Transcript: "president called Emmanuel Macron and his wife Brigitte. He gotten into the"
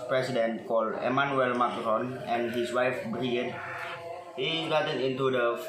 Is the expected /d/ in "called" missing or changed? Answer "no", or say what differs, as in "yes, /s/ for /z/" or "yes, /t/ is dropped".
yes, /d/ is dropped